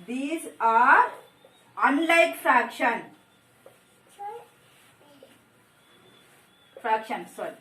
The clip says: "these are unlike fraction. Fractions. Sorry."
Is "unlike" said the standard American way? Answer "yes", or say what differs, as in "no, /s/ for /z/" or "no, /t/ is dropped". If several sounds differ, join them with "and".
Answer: yes